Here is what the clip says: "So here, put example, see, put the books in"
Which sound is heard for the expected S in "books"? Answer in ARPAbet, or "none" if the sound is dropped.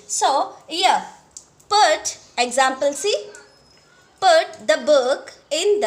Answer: none